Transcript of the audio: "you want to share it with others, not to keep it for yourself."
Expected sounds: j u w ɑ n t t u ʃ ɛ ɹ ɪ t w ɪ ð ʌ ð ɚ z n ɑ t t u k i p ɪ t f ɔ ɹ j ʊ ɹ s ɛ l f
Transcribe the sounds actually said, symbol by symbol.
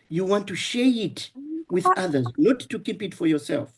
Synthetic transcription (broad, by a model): j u w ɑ n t t u ʃ ɛ ɹ ɪ t w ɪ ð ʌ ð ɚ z n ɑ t t u k i p ɪ t f ɔ ɹ j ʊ ɹ s ɛ l f